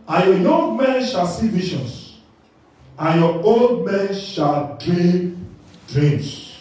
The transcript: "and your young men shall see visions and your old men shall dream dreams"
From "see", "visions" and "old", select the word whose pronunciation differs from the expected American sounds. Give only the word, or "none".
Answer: visions